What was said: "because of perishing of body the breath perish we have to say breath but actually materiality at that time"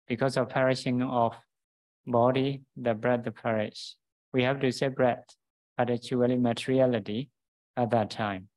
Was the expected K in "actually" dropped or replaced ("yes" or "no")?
yes